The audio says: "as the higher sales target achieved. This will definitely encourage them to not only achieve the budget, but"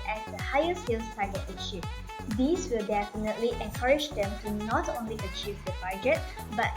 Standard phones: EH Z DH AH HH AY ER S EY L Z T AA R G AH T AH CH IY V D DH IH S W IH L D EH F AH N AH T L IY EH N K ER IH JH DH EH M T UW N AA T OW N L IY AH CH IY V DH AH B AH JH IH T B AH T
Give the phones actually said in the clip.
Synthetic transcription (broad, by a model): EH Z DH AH HH AY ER S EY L S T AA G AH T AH SH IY D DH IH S W IH L D EH F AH N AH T L IY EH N K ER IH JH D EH M T UW N AA T OW N L IY AH CH IY V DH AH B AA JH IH T B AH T